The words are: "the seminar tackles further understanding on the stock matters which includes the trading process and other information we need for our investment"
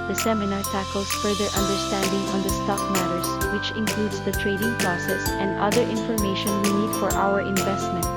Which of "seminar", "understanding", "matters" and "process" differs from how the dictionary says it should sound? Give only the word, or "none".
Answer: matters